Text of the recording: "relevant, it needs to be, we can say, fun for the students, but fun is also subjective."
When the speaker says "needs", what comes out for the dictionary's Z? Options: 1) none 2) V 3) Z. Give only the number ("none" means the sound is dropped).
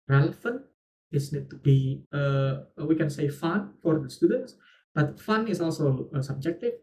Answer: 1